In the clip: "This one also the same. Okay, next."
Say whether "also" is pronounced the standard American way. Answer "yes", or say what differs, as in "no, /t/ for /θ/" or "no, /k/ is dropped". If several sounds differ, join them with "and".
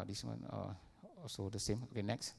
no, /l/ is dropped